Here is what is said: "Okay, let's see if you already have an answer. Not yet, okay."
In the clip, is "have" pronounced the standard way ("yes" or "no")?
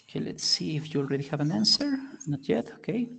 yes